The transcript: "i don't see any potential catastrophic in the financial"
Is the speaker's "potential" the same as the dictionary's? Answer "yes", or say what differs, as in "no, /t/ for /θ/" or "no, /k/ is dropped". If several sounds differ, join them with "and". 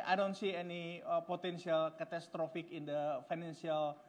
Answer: no, /s/ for /ʃ/